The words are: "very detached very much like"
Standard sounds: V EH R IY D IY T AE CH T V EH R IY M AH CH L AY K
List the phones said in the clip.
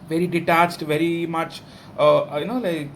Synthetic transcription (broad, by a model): V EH R IY D IY T AE CH T V EH R IY M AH CH L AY K